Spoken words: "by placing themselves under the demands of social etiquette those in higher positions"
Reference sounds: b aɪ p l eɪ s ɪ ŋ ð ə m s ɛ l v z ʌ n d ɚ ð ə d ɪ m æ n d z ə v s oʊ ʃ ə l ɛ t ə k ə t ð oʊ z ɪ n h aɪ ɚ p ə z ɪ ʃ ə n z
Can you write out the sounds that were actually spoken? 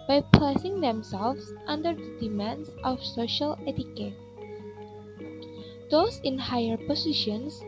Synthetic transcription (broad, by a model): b aɪ p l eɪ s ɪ ŋ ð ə m s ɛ l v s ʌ n d ɚ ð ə d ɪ m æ n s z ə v s oʊ ʃ ə l ɛ t ə k ə t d oʊ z ɪ n h aɪ ɚ p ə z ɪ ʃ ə n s